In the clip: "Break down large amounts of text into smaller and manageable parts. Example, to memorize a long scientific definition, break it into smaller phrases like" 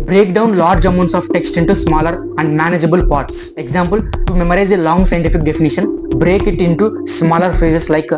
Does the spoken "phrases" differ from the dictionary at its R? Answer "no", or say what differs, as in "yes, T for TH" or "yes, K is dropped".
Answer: yes, R is dropped